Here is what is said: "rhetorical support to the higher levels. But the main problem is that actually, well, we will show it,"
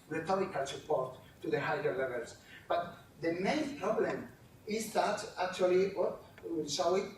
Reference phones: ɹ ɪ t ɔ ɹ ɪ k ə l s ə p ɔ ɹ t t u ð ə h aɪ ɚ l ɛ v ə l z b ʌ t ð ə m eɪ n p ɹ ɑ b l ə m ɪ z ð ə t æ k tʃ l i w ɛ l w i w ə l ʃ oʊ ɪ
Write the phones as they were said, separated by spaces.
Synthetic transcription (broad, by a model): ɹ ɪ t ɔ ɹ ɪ k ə l s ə p ɔ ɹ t t u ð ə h aɪ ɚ l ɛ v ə l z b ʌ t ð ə m eɪ n p ɹ ɑ b l ə m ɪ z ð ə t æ k tʃ i l i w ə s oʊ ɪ